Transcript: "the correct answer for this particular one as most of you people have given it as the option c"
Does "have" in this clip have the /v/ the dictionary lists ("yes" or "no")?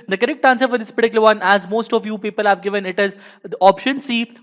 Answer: yes